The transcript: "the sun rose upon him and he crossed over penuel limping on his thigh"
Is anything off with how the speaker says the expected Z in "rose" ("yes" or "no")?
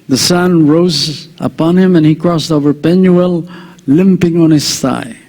no